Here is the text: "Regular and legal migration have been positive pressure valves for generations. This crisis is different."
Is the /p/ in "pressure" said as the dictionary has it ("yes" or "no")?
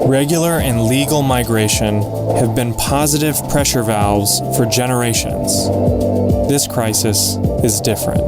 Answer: yes